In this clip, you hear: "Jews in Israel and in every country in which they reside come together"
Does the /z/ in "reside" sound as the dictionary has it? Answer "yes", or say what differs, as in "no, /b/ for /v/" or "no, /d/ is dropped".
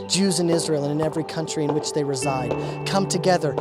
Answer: yes